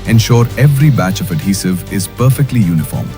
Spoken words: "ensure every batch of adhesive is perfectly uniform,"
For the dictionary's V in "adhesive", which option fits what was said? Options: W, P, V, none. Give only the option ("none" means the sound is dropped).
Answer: V